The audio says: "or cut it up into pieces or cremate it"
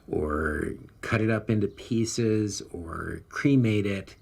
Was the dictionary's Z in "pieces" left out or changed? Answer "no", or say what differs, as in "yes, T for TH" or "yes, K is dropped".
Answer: no